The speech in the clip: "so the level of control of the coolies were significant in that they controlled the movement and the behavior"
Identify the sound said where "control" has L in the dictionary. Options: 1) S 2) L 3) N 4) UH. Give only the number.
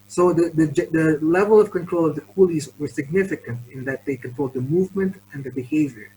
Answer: 2